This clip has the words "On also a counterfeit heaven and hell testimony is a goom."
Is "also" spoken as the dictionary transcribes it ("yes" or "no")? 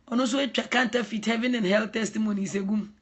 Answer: no